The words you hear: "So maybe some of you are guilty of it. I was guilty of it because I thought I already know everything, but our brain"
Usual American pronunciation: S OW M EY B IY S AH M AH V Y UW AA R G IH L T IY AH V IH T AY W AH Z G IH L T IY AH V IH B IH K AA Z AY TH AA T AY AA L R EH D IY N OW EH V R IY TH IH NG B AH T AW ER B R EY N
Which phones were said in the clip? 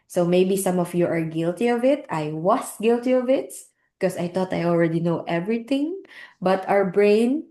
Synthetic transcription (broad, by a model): S OW M EY B IY S AH M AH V Y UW AA R G IH L T IY AH V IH T AY W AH S G IH L T IY AH V IH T K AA S AY T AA T AY AA L R EH D IY N OW EH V R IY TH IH NG B AH T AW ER B R EY N